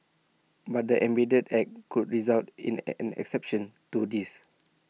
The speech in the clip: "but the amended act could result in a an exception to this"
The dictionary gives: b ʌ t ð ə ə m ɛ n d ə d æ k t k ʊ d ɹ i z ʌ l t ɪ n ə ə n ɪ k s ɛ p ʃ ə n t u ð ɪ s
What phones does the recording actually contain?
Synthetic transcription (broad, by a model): b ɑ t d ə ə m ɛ d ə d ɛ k k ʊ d ɹ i z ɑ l t ɪ n ə ə n ɪ k s ɛ p ʃ ə n t u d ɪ s